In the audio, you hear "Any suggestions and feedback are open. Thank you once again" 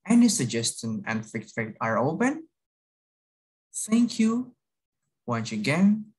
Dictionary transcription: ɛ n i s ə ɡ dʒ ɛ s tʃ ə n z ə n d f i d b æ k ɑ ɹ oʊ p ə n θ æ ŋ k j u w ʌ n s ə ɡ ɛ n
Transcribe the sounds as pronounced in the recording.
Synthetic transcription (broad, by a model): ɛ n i s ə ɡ dʒ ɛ s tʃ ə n ə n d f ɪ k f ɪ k ɑ ɹ oʊ p ə n θ æ ŋ k j u w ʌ n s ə ɡ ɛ n